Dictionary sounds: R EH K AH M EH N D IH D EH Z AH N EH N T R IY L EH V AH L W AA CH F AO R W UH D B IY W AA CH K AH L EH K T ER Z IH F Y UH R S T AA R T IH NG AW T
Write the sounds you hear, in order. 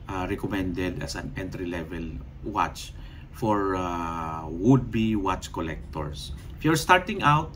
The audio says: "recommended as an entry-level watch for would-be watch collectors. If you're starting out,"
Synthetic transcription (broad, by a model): R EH K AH M EH N D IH D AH S AH N EH N T R IY L EH V AH L W AA CH F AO R W UH D B IY W AA CH K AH L EH K T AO S IH F Y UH R S T AA R T IH NG AW T